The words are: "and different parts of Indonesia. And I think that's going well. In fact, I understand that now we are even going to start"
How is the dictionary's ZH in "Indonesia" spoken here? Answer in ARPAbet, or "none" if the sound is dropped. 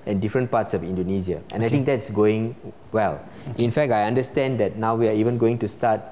Z